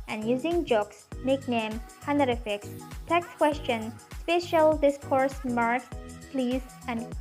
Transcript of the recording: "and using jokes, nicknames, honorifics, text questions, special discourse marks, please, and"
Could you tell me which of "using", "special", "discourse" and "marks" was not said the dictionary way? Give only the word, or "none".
marks